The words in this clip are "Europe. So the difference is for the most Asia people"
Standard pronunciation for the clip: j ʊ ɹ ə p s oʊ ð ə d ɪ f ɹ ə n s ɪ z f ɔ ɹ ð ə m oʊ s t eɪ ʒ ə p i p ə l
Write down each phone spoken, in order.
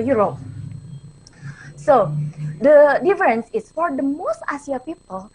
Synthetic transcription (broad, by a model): j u ɹ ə p s oʊ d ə d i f ɹ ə n s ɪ s f ɔ ɹ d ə m oʊ s t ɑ s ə p i p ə l